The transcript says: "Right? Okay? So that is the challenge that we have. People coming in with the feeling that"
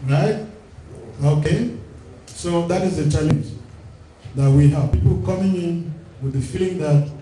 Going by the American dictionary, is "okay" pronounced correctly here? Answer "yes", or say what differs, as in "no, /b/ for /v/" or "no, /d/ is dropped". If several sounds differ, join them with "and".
yes